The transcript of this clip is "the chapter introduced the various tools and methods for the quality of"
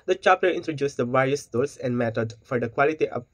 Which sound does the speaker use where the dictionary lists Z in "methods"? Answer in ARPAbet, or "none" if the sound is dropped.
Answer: none